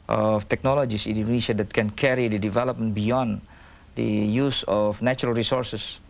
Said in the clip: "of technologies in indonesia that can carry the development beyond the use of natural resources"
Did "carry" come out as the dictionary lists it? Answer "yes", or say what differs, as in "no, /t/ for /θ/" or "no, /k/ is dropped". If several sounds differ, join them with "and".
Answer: yes